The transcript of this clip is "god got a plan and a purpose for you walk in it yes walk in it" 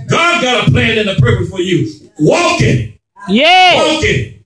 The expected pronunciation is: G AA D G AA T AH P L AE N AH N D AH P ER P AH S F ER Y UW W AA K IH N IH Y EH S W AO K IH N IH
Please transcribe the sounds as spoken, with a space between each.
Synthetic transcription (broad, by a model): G AA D G AA T AH P L AE N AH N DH AH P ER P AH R F ER Y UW W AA K IH N Y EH W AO K IH N